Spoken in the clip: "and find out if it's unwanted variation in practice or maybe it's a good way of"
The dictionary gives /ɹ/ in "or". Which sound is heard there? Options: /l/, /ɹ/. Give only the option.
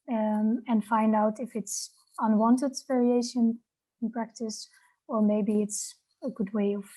/l/